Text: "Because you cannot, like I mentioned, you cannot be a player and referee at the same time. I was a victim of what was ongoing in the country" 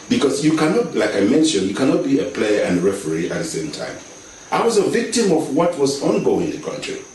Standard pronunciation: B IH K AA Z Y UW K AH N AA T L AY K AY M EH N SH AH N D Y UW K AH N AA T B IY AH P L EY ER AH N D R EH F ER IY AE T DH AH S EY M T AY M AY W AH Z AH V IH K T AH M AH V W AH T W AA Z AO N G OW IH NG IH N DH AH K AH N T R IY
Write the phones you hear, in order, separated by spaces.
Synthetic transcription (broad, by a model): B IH K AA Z Y UW K AH N AA T L AY K AY M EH N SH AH N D Y UW K AH N AA T B IY AH P L EY ER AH N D R EH F ER IY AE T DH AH S EY M T AY M AY W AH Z AH V IH K T AH M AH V W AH T W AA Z AO N G OW IH NG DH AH K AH N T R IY